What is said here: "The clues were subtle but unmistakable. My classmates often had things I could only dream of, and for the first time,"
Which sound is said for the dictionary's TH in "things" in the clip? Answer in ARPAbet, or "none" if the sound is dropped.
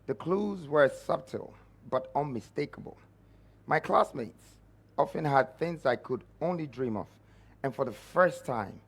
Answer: TH